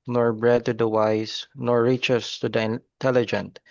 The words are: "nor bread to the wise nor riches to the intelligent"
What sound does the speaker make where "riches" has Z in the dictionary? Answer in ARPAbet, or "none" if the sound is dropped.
S